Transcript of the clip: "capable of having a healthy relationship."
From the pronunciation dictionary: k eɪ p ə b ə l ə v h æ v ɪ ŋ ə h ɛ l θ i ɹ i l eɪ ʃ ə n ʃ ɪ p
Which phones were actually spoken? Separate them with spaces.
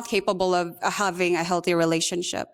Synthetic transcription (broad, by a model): k eɪ p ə b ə l ə v h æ v ɪ ŋ ə h ɛ l θ i ɹ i l eɪ ʃ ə n ʃ ɪ p